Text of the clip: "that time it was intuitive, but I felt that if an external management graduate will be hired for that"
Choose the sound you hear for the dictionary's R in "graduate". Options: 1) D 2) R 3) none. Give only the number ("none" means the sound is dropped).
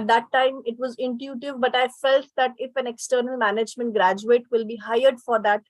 2